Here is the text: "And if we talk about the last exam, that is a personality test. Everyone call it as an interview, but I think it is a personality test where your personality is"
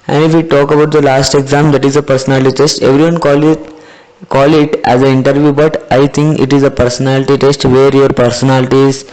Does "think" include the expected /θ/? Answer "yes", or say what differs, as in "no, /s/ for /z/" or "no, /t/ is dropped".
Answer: no, /t/ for /θ/